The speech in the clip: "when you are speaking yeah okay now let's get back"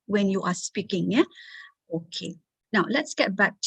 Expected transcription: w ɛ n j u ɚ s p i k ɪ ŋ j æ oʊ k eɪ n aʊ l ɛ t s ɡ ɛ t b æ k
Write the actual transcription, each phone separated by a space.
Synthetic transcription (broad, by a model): w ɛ n j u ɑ s p i k ɪ ŋ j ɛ oʊ k eɪ n aʊ l ɛ t s ɡ ɛ t b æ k